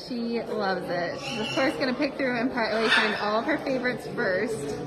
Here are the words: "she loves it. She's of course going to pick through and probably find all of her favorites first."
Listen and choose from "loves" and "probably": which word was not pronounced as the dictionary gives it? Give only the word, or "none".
probably